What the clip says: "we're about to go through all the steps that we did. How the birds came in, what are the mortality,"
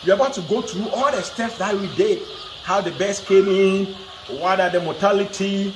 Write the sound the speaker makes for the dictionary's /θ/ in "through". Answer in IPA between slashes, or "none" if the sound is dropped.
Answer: /t/